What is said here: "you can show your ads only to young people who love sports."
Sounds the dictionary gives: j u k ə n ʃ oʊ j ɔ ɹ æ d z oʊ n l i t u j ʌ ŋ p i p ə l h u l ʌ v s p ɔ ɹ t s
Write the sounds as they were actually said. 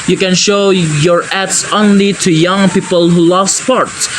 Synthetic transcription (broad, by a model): j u k ə n ʃ oʊ j ɔ ɹ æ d s oʊ n l i t u j ʌ ŋ p i p ə l h u l ʌ v s p ɔ ɹ t s